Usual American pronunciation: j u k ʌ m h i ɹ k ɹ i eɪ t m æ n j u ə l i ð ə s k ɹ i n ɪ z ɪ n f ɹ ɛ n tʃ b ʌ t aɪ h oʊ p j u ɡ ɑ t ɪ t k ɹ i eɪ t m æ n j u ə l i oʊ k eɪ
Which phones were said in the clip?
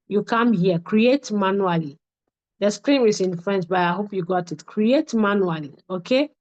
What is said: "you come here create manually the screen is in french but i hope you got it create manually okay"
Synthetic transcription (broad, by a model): j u k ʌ m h i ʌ k ɹ i eɪ t m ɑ n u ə l i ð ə s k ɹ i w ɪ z ɪ n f ɹ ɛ n s b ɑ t aɪ h oʊ p j u ɡ ɑ t ɪ t k ɹ i eɪ t m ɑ n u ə l i oʊ k eɪ